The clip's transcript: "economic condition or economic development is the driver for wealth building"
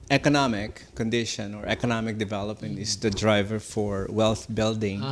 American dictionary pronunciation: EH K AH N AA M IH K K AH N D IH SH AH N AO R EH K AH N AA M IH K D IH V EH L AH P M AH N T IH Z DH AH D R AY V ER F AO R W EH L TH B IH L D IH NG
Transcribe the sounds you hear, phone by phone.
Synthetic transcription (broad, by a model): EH K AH N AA M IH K K AH N D IH SH AH N AO R EH K AH N AA M IH K D IH V EH L AH P M AH N T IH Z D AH D R AY V ER F AO R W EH L T B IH L D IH NG